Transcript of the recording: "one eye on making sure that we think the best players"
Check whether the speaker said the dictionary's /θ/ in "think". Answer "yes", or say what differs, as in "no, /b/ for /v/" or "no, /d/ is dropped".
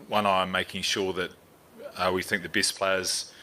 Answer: yes